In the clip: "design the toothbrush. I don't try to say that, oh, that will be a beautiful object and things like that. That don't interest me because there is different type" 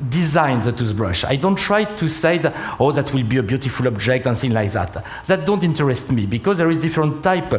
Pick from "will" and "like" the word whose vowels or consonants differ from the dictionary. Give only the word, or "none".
none